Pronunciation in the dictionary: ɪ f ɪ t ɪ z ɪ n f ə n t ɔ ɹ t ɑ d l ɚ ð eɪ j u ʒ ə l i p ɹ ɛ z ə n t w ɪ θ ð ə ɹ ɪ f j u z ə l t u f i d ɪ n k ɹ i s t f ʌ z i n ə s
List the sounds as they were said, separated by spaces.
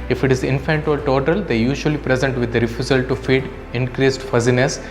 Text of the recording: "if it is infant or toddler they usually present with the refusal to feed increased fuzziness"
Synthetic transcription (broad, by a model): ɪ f ɪ t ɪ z ɪ n f ə n t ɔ l t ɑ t l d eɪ j u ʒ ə l i p ɹ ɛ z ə n t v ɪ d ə ɹ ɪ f j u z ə l t u f i d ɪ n k ɹ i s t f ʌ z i n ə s